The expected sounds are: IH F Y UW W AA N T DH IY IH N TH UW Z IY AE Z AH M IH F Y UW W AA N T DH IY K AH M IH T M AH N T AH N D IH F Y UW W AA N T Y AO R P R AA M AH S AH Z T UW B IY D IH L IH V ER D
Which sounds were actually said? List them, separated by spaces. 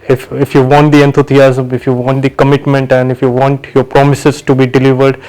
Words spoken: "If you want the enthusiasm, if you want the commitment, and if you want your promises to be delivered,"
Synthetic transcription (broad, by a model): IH F Y UW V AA N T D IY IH N T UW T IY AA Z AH M IH F Y UW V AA N T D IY K AH M IH T M AH N T AH N D IH F Y UW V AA N T Y AO R P R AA M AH S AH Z T UW B IY D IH L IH V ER D